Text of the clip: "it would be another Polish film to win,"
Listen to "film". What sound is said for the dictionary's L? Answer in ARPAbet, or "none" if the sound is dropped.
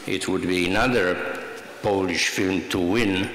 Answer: L